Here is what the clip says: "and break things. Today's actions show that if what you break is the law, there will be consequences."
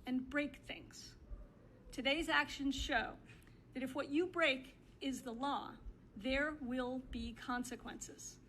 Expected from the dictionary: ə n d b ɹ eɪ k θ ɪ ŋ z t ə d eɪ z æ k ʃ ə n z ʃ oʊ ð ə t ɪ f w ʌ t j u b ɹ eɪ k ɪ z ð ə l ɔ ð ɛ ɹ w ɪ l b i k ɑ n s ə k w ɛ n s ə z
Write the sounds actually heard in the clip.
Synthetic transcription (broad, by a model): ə n b ɹ eɪ k θ ɪ ŋ z t ə d eɪ z æ k ʃ ə n z ʃ oʊ ð ə t ɪ f w ʌ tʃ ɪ b ɹ eɪ k ɪ z ð ə l ɔ ð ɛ ɹ w ɪ l b i k ɑ n s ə k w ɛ n s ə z